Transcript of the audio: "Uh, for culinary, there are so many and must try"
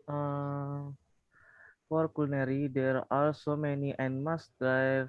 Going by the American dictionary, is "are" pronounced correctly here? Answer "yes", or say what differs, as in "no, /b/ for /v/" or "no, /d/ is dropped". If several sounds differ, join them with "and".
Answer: no, /l/ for /ɹ/